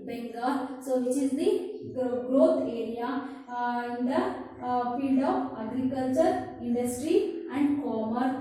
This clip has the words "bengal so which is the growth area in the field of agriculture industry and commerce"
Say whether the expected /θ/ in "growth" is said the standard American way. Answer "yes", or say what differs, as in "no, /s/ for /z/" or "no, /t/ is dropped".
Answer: no, /t/ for /θ/